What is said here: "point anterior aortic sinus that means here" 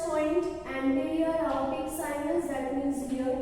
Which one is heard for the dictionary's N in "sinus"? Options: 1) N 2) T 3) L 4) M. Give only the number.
3